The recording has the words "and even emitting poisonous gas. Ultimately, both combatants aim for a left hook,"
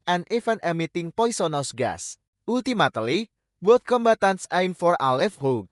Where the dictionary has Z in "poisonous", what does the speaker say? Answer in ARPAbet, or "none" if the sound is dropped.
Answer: S